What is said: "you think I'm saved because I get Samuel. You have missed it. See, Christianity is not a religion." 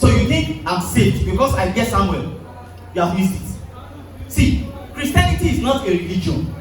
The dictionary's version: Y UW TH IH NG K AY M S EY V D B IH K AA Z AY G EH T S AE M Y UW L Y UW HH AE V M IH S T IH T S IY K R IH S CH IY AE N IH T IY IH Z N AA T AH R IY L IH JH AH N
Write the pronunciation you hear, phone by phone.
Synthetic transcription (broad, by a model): Y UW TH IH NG K AY M S EY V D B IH K AA S AY G EH T S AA M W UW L Y UW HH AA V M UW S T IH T S IY K R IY S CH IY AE N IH T IY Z N AA T AH R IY L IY JH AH N